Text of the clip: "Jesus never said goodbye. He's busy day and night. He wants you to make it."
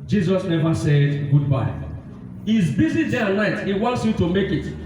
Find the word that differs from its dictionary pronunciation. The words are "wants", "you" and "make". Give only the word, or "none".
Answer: none